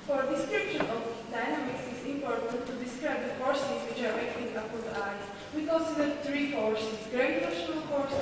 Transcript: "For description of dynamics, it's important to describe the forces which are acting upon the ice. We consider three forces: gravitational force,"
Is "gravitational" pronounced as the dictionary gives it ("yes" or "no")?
no